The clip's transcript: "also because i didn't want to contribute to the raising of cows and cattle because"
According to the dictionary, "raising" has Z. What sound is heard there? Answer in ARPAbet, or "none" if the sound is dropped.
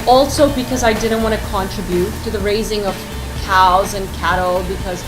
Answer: Z